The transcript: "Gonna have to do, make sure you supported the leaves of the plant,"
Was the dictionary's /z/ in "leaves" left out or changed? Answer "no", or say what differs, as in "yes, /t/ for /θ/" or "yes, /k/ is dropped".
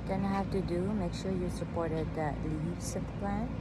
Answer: yes, /s/ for /z/